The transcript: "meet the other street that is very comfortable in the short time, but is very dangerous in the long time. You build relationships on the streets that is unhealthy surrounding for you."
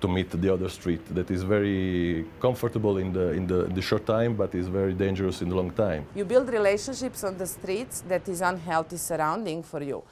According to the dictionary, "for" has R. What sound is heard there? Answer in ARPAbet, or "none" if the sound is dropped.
R